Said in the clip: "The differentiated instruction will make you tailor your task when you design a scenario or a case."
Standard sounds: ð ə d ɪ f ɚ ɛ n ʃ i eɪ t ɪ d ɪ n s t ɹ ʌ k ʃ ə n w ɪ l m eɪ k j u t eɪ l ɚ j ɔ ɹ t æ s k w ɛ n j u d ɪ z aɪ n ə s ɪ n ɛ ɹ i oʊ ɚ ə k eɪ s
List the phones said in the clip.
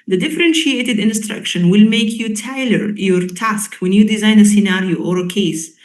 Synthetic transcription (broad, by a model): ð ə d ɪ f ɚ ɛ n ʃ i eɪ t ɪ d ɪ n s t ɹ ʌ k ʃ ə n w ɪ l m eɪ k j u t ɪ l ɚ j ɔ ɹ t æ s k w ɛ n j u d ɪ z aɪ n ə s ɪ n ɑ ɹ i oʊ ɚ ə k eɪ s